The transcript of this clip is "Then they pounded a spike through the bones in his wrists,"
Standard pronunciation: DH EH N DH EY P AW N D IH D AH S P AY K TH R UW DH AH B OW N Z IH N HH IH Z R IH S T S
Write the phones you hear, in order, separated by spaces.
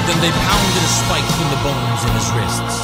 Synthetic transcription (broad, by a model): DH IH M DH EY P AW N D IH D AH S P AY K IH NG DH AH B OW N Z IH N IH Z R IH S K S